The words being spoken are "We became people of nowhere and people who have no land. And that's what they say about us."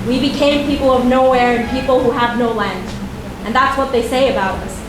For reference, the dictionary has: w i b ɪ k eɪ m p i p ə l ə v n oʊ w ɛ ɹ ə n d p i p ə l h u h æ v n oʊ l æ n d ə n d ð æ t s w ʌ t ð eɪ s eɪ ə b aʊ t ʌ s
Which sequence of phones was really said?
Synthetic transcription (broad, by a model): w i b ɪ k eɪ m p i p l ə v n oʊ w ɛ ɹ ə n p i p l h u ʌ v n oʊ l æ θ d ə n ð æ t s w ʌ t ð eɪ s eɪ ə b aʊ t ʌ s